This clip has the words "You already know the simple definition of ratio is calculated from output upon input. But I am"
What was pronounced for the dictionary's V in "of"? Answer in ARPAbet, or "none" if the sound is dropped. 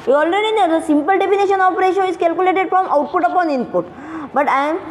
P